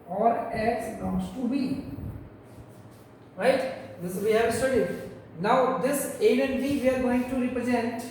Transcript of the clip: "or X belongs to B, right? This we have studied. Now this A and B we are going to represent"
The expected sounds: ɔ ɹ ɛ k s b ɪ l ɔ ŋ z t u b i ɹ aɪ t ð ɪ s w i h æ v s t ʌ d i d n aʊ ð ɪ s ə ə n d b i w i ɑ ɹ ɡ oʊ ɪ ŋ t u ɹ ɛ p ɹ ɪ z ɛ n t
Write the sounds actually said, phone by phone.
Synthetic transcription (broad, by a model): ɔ ɹ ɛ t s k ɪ ʊ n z t u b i ɹ aɪ t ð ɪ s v i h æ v s t ʌ d i d n aʊ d ɪ s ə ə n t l i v i ɑ ɹ ɡ oʊ ɪ ŋ t u ɹ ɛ p ɹ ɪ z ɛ n t